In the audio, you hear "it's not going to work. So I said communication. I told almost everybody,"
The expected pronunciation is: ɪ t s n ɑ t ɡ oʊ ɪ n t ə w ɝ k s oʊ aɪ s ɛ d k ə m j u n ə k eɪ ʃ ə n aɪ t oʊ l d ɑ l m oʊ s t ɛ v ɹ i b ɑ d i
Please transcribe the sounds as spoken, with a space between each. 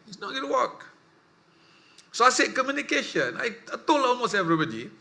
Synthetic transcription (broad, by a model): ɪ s n ɑ t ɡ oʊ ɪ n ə w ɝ k s oʊ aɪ s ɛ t k ə m j u n ə k eɪ ʃ ə n aɪ t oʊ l ɑ l m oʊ s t ɛ v ɹ i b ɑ d i